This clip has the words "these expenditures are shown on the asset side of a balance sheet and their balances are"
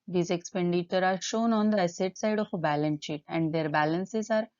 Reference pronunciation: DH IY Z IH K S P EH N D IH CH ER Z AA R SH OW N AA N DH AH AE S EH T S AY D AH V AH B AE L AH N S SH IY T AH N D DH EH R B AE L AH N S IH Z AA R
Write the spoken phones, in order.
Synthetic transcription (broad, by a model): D IY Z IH K S P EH N D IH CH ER AA R SH OW N AA N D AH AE S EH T S AY D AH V AH B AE L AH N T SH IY T AH N D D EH R B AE L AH N S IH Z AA R